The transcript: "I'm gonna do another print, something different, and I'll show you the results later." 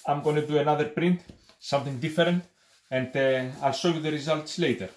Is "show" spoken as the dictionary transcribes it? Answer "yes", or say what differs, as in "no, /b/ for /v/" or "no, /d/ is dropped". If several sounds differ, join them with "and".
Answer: no, /s/ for /ʃ/